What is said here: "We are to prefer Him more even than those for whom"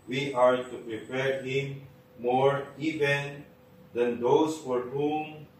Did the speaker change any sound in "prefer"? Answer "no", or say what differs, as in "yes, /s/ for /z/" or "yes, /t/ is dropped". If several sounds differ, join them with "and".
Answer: yes, /p/ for /f/